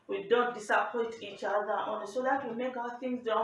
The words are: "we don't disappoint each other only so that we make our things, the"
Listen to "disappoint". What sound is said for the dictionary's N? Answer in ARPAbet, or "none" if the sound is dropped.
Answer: none